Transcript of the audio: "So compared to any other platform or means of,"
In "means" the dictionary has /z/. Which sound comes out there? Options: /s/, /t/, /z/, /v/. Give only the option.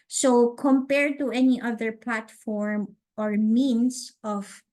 /s/